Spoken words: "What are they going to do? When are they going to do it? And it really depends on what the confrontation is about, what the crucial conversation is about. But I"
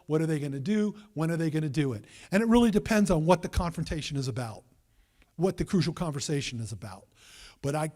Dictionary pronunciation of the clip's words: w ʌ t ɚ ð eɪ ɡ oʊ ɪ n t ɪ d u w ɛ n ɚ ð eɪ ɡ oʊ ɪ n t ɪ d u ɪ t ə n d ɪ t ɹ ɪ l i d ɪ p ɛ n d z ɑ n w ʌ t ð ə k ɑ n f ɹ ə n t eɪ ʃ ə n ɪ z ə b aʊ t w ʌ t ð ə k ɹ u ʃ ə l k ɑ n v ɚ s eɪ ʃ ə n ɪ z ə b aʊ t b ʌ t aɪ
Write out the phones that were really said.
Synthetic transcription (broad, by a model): w ʌ t ɚ ð eɪ ɡ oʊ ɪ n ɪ d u w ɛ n ɚ ð eɪ ɡ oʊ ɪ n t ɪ d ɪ ɪ t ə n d ɪ t ɹ ɪ l i d ɪ p ɛ n d z n w ʌ t ð ə k ɑ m f ɹ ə n t eɪ ʃ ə n ɪ z ə b aʊ t w ʌ t ð ə k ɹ u ʃ l k ɑ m v ɚ s eɪ ʃ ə n ɪ z ə b aʊ t b ʌ t aɪ